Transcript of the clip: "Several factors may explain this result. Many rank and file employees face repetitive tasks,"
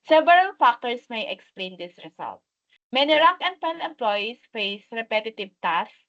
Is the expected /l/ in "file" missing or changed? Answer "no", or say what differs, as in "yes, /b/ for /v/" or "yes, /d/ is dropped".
yes, /n/ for /l/